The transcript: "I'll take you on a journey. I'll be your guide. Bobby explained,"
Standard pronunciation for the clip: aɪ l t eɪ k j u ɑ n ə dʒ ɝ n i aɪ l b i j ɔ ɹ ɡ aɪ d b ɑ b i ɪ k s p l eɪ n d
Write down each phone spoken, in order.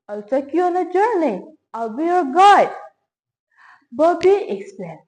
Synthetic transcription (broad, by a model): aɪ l s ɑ k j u ɑ n ə dʒ ɝ n i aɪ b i j ɔ ɹ ɡ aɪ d b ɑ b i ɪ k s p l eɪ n